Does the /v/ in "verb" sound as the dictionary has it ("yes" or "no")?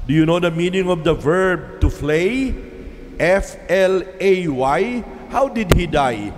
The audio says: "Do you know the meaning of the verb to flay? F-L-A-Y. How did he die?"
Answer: yes